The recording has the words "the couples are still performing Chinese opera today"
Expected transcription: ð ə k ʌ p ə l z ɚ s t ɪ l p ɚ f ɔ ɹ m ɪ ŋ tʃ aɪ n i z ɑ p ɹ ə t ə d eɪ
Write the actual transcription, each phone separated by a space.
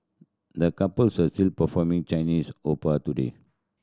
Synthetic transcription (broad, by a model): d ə k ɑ p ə l s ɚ s t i l p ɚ f ɔ m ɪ ŋ tʃ aɪ n i s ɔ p ə t ə d eɪ